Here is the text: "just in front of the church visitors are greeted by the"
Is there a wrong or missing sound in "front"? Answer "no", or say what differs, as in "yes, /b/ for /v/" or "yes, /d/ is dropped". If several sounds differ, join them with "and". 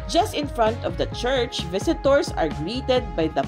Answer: no